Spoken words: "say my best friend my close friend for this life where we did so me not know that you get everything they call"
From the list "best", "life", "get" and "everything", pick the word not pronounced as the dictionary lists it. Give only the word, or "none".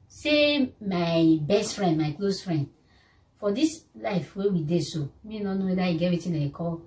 everything